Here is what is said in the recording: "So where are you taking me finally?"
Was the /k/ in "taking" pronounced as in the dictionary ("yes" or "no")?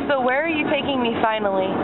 yes